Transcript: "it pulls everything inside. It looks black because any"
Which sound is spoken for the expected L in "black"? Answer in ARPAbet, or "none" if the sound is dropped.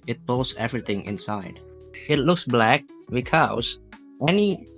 L